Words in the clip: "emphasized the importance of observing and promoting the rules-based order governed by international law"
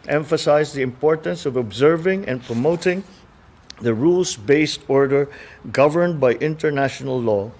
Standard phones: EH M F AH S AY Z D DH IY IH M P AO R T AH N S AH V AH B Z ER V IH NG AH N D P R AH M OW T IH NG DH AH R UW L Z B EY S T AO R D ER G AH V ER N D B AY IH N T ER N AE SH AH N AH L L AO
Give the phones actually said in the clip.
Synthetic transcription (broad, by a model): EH M F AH S AY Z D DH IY IH M P AO R T AH N S AH V AH B Z ER V IH NG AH N P R AH M OW T IH NG DH AH R UW L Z B EY S T AO R D ER G AH V ER N D B AY IH N T ER N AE SH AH N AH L L AO